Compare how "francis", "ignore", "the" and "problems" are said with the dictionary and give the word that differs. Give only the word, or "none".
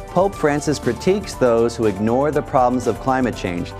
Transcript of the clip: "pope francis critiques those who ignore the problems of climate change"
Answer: none